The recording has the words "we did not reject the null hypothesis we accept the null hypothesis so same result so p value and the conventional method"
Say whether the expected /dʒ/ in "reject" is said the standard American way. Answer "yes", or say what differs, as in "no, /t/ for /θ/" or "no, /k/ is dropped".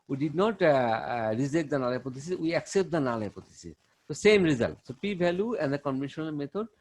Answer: no, /z/ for /dʒ/